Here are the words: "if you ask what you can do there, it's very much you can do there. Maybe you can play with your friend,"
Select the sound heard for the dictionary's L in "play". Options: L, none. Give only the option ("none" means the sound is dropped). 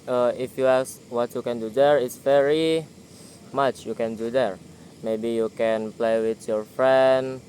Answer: L